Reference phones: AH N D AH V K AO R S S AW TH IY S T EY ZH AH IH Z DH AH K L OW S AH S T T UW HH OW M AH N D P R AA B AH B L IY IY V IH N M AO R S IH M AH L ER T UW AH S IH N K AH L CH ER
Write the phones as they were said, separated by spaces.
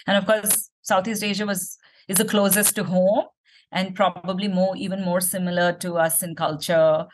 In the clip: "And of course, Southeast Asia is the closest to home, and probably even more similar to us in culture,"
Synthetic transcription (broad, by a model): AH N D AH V K AO R S S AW T IY S T EY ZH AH IH Z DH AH K L OW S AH S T T UW HH OW M AH N D P R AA B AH B L IY IY V IH N M AO R S IH M AH L ER T UW AH S IH N K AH L CH ER